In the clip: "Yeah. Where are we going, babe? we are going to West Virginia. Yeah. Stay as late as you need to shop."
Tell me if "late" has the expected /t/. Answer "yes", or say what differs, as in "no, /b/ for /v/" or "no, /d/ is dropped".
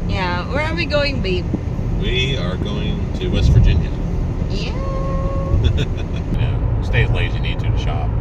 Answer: no, /t/ is dropped